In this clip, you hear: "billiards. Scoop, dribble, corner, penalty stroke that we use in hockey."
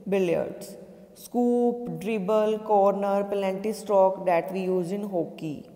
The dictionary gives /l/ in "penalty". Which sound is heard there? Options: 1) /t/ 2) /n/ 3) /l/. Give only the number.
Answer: 2